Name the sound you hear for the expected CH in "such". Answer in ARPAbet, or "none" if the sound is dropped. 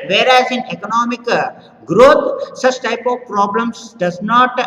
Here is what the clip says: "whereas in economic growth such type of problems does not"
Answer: CH